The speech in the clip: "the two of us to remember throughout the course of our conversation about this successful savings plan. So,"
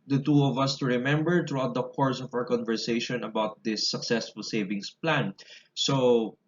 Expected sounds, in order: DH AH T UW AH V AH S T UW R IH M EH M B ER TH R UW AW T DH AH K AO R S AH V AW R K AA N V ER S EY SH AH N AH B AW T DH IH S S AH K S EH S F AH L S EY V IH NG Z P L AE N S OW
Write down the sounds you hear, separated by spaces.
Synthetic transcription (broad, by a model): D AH T UW AH V AH S T UW R IH M EH M B ER T R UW AW T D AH K AO R S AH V AW R K AA N V ER S EY SH AH N AH B AW T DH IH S S AH K S EH S F AH L S EY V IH NG S P L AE N S OW